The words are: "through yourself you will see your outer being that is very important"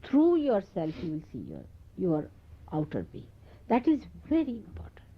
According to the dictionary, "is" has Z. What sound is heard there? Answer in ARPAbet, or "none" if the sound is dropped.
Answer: Z